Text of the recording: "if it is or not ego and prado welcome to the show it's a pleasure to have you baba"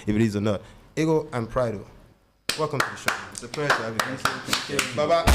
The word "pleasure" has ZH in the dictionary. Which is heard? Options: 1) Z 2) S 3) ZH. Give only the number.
2